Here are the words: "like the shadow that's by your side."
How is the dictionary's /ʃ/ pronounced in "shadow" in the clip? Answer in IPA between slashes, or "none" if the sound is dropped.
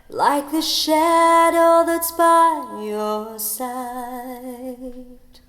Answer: /ʃ/